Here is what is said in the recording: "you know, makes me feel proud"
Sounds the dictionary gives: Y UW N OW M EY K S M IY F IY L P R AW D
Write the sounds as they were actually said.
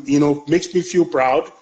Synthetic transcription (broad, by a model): Y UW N OW M EY K S M IY F IY L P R AW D